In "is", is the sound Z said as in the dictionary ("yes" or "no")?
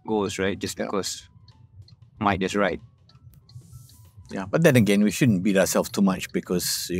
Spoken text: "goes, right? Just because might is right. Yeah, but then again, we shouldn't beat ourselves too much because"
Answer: no